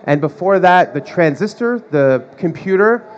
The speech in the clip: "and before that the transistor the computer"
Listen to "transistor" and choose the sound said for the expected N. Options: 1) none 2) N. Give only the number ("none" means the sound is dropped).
2